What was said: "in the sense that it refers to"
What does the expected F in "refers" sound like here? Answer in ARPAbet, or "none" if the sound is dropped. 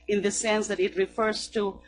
F